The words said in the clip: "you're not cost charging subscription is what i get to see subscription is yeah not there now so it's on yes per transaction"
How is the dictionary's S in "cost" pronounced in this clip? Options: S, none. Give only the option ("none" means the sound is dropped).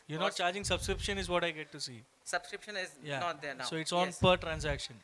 none